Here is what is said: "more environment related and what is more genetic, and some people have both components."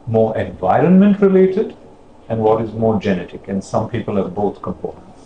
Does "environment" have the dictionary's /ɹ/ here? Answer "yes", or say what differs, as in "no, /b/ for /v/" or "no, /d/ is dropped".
yes